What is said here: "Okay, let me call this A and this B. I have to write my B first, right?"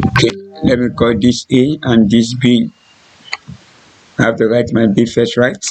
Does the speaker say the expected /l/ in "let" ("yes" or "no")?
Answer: yes